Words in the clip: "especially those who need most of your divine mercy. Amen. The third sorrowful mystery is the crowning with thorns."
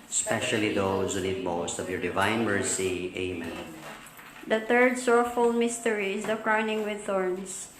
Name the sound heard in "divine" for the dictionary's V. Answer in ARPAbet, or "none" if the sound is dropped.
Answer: V